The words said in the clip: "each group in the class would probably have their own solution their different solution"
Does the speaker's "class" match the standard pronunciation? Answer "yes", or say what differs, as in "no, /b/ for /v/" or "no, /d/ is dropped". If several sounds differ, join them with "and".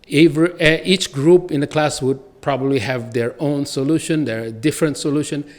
yes